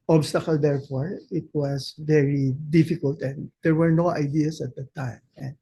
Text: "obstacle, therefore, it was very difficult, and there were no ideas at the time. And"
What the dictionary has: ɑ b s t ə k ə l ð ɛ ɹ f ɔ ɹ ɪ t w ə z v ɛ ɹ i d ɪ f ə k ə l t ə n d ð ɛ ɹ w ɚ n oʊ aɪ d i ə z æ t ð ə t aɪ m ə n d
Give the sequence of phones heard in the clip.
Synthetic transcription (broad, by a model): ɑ b s t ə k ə l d ɛ ɹ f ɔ ɹ ɪ t w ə s v ɛ ɹ i d ɪ f ə k ə l t ə n d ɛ ɹ w ɚ n oʊ aɪ d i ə s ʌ t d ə t aɪ m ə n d